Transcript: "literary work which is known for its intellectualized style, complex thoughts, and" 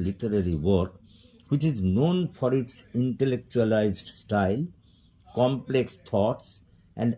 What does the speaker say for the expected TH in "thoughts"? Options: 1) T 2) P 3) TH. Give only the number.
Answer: 1